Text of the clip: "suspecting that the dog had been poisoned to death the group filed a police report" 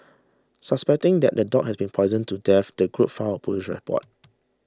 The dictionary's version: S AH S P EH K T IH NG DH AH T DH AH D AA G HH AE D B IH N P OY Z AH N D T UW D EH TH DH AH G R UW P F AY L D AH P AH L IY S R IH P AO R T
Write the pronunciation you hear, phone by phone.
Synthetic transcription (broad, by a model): S AH S P EH K T IH NG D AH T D AH D AA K HH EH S B IH N P OY Z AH N T UW D EH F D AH G R UW P F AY AH P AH L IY SH R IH P AO T